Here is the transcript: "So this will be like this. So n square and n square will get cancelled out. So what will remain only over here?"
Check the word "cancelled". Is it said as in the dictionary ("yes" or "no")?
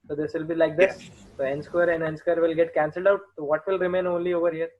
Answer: yes